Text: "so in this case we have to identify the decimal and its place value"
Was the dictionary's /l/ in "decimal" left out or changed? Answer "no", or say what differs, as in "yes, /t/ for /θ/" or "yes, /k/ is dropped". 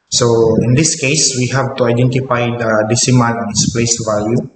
yes, /n/ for /l/